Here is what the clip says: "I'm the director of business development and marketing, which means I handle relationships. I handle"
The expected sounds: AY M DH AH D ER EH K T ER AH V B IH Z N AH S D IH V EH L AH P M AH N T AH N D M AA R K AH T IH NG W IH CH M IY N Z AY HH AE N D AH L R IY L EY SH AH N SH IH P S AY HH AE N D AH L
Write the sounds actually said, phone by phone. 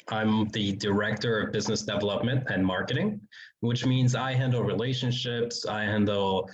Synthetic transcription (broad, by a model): AY M DH AH D ER EH K T ER AH V B IH Z N AH S D IH V EH L AH P M AH N T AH N M AA R K AH T IH NG W IH CH M IY N Z AY HH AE N D L R IY L EY SH AH N SH IH P S AY HH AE N D L